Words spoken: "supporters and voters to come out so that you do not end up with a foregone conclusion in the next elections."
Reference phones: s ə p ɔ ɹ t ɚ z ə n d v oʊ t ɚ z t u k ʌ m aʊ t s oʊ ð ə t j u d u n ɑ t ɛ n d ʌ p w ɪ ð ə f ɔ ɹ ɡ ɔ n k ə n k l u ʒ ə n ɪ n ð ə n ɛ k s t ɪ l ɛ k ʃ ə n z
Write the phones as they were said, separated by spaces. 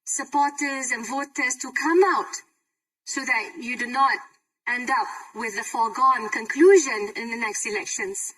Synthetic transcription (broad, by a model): s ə p ɔ t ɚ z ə n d v oʊ t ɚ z t u k ʌ m aʊ t s oʊ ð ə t j u d u n ɑ t ɛ n d ʌ p w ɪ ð ə f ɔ ɡ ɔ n k ə n k l u ʒ ə n ɪ n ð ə n ɛ k s t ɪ l ɛ k ʃ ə n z